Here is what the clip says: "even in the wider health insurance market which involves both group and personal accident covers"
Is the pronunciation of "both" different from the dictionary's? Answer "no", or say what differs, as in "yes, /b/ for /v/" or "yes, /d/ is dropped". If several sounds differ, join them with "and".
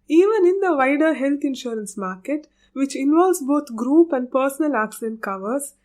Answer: yes, /t/ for /θ/